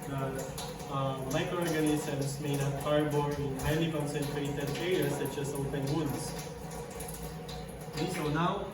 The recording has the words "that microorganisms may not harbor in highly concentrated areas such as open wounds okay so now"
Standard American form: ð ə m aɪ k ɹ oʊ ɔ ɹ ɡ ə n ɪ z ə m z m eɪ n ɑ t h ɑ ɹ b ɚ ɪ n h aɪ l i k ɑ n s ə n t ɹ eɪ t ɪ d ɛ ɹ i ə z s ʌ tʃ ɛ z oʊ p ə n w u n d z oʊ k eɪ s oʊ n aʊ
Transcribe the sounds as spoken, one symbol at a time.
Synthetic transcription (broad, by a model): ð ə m aɪ k ɹ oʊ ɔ ɹ ɡ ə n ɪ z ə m s m eɪ n ɑ t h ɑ ɹ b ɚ ɪ n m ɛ n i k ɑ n s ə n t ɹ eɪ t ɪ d ɛ ɹ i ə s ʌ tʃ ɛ s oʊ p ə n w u n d s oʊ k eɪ s oʊ n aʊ